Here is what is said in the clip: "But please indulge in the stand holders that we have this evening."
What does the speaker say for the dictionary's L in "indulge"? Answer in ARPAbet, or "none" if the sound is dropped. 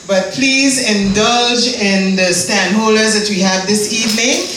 L